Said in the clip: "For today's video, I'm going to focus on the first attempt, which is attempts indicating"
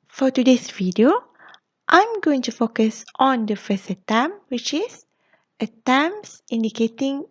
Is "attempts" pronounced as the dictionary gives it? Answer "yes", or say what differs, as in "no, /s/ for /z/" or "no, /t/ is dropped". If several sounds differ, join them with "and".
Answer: no, /p/ is dropped